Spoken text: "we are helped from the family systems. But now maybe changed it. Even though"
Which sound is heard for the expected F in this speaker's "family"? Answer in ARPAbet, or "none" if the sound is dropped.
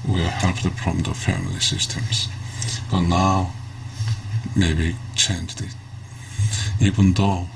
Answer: F